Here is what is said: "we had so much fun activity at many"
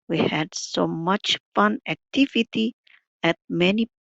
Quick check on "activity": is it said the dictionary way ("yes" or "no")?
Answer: yes